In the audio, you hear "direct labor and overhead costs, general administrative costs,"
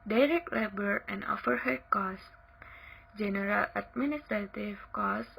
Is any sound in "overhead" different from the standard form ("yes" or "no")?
yes